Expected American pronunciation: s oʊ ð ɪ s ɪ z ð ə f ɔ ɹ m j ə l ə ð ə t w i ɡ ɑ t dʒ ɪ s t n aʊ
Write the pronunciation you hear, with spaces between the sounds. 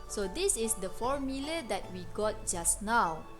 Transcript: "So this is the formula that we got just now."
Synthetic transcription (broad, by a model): s oʊ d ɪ s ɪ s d ə f ɔ ɹ m j ə l ə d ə t w i ɡ ɑ t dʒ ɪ s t n aʊ